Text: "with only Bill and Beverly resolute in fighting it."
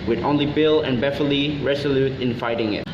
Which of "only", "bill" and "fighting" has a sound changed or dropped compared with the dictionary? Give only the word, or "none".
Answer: none